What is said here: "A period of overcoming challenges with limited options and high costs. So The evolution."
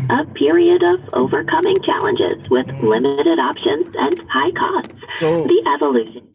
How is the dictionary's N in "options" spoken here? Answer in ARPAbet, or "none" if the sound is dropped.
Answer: N